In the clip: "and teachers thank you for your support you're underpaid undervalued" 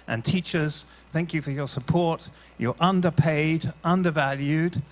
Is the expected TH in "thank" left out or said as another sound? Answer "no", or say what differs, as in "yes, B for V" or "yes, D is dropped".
no